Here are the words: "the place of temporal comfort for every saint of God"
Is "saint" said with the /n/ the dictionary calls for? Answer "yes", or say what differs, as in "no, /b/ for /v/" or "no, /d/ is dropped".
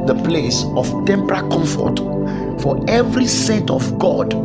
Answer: no, /n/ is dropped